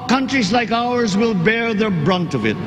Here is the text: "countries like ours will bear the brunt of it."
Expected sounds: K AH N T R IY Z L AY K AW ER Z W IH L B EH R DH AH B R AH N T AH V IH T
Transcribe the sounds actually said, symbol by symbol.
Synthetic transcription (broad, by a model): K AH N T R IY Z L AY K AW ER Z W IH L B EH R DH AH B R AH N T AH V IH T